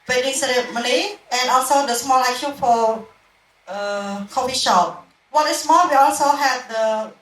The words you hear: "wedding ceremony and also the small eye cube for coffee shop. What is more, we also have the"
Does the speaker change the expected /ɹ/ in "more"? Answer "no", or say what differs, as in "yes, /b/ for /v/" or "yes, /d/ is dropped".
yes, /l/ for /ɹ/